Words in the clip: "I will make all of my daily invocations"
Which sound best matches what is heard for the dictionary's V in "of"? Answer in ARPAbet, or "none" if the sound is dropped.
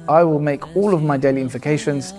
V